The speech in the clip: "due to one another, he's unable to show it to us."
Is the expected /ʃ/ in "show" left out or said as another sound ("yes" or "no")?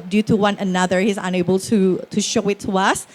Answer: no